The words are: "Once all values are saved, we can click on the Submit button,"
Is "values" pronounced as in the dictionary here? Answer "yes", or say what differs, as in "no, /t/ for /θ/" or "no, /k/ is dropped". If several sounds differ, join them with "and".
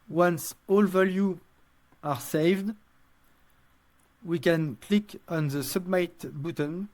no, /z/ is dropped